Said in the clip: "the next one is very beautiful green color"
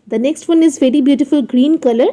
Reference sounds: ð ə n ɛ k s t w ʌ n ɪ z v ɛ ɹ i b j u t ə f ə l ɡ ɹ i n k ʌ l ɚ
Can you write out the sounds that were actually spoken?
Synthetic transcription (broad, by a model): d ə n ɛ k s t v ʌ n ɪ z v ɛ ɹ i b j u t ə f ə l ɡ ɹ i n k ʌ l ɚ